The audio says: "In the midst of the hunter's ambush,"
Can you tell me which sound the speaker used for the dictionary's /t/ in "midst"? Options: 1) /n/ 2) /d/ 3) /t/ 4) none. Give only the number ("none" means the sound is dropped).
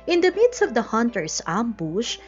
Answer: 3